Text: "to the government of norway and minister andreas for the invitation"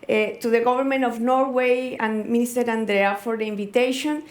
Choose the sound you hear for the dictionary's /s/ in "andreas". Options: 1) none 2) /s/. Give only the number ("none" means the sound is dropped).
1